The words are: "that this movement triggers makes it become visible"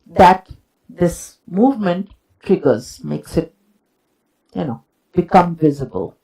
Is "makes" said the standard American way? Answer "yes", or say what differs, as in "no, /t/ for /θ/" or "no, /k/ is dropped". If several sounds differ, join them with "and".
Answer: yes